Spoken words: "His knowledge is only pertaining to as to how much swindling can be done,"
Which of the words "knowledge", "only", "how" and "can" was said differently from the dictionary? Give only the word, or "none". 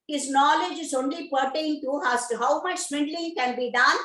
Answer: none